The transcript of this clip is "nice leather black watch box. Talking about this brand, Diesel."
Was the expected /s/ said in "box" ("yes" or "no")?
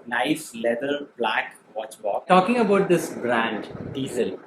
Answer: no